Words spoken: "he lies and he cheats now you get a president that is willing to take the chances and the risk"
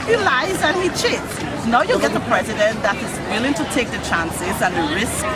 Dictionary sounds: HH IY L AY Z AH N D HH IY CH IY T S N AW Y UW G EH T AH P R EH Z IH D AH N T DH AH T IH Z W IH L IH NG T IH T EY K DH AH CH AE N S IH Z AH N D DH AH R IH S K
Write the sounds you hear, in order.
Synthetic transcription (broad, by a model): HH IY L AY Z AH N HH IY CH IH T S N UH Y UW G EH T AH P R EH Z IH D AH N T DH AH T IH Z W IH L IH NG T IH T EY K DH AH CH AE N S IH Z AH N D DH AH R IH S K